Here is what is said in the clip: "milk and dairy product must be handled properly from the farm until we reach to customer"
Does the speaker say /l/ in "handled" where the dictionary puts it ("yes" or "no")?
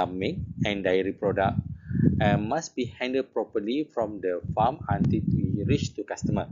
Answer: no